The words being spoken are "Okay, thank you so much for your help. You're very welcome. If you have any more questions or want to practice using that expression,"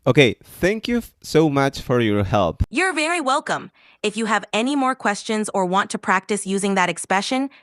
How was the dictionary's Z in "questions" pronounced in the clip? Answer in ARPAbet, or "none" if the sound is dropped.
Z